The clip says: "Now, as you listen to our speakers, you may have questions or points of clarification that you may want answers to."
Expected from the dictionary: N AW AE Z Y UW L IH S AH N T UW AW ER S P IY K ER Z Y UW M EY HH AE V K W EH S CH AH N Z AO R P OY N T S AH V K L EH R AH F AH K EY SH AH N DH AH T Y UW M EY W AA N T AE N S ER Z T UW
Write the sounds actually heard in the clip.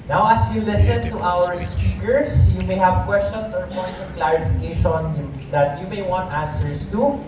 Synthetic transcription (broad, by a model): N AW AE S Y UW L IH S AH N T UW AW ER S P IY K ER S Y UW M EY HH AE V K W EH S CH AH N S AO R P OY N T S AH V K L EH R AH F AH K EY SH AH N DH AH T Y UW M EY W AA N T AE N S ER S T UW